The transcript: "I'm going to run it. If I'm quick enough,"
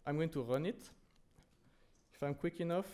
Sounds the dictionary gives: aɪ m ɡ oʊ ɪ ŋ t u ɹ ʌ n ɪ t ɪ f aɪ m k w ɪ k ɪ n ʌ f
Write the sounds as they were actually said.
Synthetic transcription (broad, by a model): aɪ m ɡ oʊ ɪ ŋ t u ɹ ʌ n ɪ t ɪ f aɪ m k w ɪ k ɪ n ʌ f